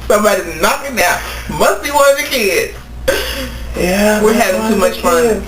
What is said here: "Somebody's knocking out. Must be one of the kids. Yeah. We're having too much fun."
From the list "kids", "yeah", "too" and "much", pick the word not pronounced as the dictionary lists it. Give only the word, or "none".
kids